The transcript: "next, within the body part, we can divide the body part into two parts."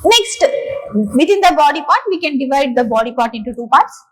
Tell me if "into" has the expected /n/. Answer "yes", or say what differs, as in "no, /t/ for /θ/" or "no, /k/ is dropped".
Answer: yes